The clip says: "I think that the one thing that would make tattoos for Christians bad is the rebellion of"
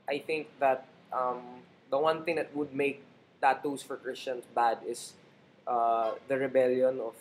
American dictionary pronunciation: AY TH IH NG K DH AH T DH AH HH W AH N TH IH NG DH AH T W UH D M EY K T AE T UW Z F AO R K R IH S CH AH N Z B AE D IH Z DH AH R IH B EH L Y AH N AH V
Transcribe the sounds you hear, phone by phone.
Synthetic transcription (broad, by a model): AY TH IH NG K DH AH T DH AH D W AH N TH IH NG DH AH T W UH D M EY K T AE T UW S F AO R K R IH S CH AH N S B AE D IH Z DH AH R IH B EH L Y AH N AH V